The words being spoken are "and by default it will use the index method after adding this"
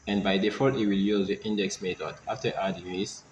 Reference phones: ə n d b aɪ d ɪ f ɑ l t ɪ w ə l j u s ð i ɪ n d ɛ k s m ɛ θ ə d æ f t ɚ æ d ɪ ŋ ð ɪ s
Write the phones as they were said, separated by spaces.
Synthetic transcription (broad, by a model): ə n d b aɪ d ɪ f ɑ t ɪ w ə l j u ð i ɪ n d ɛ k s m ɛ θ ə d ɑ f t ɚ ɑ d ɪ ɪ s